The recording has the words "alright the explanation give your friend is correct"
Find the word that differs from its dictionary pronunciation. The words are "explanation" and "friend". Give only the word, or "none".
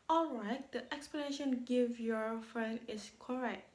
friend